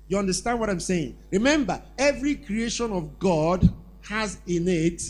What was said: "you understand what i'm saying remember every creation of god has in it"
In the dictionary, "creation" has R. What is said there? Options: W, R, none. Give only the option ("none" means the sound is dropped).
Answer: R